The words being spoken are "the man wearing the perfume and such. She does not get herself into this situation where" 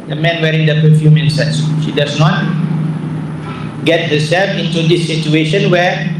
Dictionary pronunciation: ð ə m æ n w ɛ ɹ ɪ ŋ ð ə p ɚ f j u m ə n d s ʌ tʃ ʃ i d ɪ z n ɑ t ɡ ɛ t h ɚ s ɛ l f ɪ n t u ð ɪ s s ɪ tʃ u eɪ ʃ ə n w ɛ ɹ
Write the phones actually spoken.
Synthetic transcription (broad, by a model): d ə m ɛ n w ɛ ɹ ɪ ŋ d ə p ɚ f j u m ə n s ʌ s ʃ i d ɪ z n ɑ t ɡ ɛ t h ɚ s ɛ l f ɪ n t u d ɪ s s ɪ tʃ u eɪ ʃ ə n w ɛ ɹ